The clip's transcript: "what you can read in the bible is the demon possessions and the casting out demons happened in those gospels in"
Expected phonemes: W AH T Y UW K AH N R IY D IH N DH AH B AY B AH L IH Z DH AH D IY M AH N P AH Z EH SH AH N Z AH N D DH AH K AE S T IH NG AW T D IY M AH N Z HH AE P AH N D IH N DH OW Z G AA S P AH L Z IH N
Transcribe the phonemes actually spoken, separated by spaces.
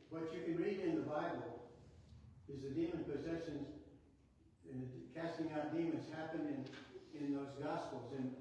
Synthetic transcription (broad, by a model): W AH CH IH K AH N R IY D IH N DH AH B AY B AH L IH Z DH AH D IY M AH N P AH Z EH SH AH N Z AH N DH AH K AE S T IH NG AW T D IY M AH N Z HH AE P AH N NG IH N DH OW Z G AA S P L Z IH N